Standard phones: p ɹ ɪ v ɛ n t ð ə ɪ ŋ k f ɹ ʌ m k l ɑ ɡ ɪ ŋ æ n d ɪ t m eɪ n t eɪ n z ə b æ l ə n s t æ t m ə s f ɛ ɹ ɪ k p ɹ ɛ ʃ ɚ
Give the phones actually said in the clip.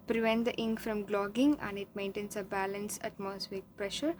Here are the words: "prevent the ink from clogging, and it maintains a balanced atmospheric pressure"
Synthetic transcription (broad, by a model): p ɹ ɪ v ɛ n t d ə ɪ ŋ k f ɹ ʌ m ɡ l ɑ ɡ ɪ ŋ æ n d ɪ t m eɪ n t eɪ n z ə b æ l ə n s æ t m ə s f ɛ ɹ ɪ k p ɹ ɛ ʃ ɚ